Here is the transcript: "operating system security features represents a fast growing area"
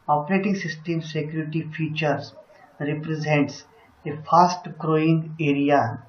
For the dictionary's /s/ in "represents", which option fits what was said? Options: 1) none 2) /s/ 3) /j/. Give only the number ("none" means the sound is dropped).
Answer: 2